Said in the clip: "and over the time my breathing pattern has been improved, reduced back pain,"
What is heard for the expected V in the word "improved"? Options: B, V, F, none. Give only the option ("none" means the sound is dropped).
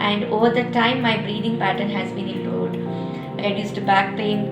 none